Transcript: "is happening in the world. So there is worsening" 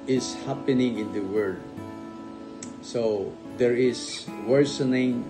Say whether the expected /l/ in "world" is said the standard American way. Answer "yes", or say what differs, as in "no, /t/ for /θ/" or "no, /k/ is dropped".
no, /l/ is dropped